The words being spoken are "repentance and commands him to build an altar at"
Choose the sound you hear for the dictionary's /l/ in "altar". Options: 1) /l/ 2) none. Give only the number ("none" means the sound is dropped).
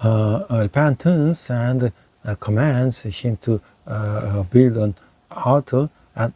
2